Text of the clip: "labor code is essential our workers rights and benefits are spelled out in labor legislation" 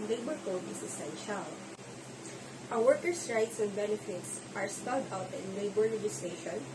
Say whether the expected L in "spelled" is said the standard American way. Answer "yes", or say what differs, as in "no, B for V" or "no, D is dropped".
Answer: no, L is dropped